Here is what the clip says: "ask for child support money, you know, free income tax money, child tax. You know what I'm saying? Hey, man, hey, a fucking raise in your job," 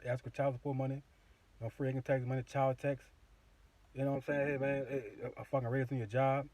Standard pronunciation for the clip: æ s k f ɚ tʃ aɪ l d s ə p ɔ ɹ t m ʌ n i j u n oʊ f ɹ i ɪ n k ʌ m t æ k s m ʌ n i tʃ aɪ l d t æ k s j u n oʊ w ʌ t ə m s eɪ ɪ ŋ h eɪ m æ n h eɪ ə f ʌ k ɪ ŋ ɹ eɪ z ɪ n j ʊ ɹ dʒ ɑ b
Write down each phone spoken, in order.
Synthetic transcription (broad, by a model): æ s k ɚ tʃ aɪ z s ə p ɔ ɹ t m ʌ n i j n oʊ f ɹ i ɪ k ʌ t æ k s m ʌ n i tʃ aɪ l d t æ k s j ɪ n oʊ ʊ ə m s eɪ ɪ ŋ h eɪ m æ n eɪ ə f ʌ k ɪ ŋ ɹ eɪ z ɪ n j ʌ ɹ dʒ ɑ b